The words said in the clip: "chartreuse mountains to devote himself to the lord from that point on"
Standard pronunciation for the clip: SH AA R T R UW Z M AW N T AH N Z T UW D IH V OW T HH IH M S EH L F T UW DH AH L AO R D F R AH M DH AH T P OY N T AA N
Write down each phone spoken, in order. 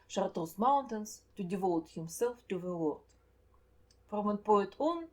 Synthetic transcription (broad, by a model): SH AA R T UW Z M AW N T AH N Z T UW D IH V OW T HH IH M S EH L F T UW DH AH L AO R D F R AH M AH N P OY T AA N